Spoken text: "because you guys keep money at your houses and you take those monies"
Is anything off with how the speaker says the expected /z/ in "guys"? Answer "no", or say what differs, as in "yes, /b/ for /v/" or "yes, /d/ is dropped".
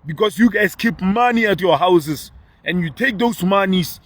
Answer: yes, /s/ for /z/